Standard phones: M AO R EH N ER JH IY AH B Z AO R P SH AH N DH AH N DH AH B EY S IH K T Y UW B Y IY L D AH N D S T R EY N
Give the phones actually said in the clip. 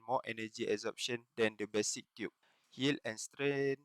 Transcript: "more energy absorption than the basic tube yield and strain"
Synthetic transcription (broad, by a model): M AO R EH N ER JH IY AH Z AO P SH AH N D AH N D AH B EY S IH K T Y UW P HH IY L AH N S T R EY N